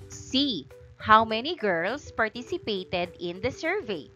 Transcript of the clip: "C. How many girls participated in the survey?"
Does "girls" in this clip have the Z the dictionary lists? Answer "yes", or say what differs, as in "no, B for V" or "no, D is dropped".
no, S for Z